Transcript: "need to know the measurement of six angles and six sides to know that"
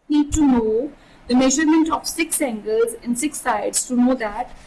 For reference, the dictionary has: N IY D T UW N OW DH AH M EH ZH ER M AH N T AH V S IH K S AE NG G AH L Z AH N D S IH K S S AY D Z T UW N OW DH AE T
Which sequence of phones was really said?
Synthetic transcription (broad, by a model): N IY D T UW N OW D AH M EH ZH ER M AH N T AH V S IH K S AE NG G AH L Z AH N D S IH K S S AY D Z T UW N OW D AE T